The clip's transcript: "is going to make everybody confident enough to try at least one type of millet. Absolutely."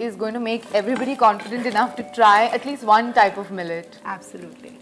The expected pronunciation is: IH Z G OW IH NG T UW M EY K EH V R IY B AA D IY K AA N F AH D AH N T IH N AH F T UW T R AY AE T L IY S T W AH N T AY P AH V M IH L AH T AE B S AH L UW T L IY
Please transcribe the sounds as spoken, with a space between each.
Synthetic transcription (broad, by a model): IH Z G OW IH NG T UW M EY K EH V R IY B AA D IY K AA N F AH D AH N T IH N AH F T UW T R AY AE T L IY S T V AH N T AY P AH V M IH L AH T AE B S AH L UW T L IY